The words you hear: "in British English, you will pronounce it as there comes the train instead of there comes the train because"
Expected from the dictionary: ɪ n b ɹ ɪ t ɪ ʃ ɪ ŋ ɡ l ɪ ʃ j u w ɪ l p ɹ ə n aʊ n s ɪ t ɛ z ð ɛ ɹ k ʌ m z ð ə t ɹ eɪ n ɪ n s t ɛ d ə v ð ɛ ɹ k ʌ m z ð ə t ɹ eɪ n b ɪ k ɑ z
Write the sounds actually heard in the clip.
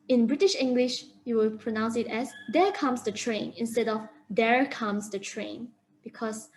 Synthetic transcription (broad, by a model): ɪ n b ɹ ɪ t ɪ ʃ ɪ ŋ ɡ l ɪ ʃ j u w ɪ l p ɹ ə n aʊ n s ɪ t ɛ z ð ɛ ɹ k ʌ m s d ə t ɹ eɪ n ɪ n s t ɛ d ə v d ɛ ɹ k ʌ m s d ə t ɹ eɪ n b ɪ k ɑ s